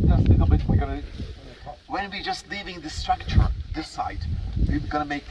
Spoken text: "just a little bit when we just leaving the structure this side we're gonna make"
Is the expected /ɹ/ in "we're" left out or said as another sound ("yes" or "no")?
yes